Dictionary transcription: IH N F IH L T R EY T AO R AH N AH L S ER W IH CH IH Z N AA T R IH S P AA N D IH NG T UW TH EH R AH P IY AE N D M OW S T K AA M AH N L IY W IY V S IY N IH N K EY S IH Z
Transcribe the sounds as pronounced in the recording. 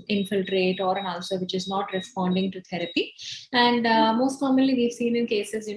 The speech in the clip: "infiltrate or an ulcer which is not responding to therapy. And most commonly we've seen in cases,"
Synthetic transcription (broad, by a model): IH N F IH L T R EY T AO R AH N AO L S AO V IH CH IH Z N AA T R IH S P AA N D IH NG T UW T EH R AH P IY AE N D M OW S T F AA M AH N L IY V IY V S IY N IH N K EY S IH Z